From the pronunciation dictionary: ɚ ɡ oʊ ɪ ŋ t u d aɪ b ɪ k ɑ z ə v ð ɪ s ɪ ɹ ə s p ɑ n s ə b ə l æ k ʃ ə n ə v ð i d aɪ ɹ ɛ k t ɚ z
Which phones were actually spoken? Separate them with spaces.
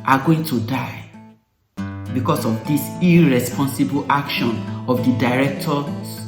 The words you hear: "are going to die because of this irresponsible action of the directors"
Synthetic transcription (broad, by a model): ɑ ɡ oʊ ɪ ŋ t u d aɪ b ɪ k ɑ s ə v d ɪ s ɪ ɹ ə s p ɑ n s ə b ə l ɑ k ʃ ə n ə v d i d aɪ ɹ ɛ k t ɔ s